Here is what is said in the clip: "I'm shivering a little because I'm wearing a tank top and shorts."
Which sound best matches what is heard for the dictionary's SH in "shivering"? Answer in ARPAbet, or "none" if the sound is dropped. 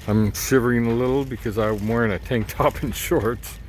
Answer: S